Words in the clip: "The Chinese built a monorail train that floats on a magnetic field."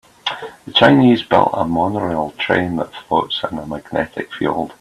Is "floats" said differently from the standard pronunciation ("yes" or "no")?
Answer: no